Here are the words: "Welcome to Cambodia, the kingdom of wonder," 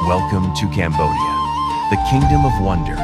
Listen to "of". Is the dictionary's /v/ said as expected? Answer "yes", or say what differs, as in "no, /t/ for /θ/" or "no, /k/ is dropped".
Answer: yes